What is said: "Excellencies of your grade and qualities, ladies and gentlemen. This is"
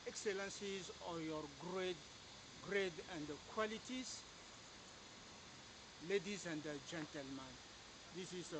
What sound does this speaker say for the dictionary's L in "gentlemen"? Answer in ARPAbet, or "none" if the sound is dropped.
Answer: L